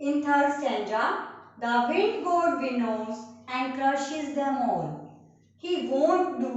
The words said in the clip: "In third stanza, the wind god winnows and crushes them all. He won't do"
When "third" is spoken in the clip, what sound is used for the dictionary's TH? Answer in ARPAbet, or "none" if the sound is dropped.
T